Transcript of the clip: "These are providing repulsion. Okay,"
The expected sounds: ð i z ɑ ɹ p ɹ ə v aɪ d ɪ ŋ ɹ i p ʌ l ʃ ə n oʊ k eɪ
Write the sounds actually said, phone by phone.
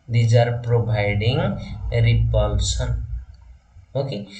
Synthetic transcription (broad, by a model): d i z ɑ ɹ p ɹ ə b aɪ d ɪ ŋ ɹ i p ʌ l s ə n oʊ k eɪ